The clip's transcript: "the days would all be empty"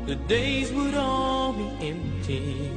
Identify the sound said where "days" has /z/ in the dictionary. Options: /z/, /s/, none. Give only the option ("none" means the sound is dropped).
/z/